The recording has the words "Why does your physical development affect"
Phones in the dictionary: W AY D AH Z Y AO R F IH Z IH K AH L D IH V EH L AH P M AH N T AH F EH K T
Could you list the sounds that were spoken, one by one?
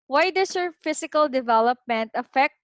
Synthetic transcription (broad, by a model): W AY D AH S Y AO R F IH S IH K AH L D IH V EH L AH P M AH N T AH F EH K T